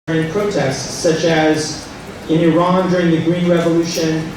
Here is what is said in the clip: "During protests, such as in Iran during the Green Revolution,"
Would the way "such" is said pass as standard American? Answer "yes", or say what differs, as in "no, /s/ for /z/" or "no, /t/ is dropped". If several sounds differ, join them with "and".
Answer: yes